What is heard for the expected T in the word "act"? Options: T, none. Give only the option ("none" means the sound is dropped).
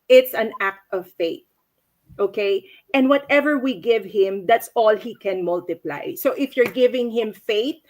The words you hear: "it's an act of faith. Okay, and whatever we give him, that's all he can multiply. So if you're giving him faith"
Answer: T